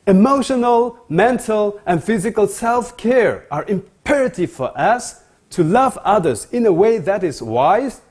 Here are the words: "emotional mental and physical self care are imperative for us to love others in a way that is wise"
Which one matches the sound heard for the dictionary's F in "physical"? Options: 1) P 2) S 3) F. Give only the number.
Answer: 3